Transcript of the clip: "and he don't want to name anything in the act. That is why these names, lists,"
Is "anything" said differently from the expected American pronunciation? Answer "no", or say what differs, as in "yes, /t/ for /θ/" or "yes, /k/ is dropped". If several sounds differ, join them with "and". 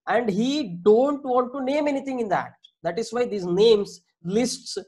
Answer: yes, /t/ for /θ/